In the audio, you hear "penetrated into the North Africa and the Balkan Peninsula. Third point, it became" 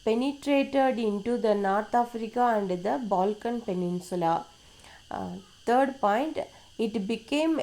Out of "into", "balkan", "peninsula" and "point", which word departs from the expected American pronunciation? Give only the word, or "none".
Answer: none